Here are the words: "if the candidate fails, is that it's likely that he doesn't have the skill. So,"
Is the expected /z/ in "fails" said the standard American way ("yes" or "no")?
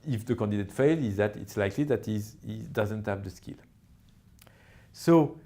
no